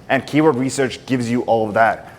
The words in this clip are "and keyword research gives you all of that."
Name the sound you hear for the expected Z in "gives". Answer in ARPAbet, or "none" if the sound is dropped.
Z